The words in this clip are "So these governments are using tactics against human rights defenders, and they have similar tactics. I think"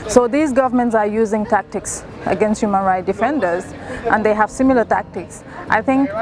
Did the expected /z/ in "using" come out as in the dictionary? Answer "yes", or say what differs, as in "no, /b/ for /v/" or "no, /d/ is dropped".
yes